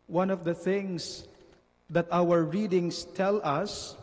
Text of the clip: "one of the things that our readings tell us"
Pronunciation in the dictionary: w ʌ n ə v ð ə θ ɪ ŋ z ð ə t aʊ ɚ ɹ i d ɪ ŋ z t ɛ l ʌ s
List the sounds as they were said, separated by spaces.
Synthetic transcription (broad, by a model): w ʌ n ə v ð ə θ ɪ ŋ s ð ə t aʊ ɚ ɹ i d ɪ ŋ s t ɛ l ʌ s